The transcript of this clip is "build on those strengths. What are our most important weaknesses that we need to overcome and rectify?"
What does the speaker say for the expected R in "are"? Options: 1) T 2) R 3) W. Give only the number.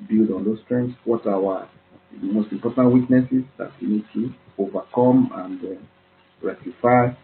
3